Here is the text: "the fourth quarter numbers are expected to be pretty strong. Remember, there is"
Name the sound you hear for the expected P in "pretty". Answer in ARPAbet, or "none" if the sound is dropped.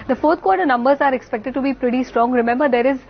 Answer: P